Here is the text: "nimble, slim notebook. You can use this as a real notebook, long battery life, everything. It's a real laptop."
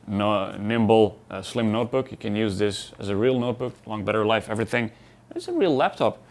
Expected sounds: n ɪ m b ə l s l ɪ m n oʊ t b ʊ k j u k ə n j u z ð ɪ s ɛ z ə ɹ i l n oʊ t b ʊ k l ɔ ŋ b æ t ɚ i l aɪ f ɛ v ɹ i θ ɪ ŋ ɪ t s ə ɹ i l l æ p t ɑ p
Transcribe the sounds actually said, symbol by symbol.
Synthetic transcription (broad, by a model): n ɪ m b l s l ɪ m n oʊ t b ʊ k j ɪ k ə n j u z ð ɪ s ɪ z ə ɹ i l n oʊ t b ʊ k l ɔ ŋ b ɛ t ɚ l aɪ f ɛ v ɹ i θ ɪ ŋ ɪ t s ə ɹ i l l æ p t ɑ p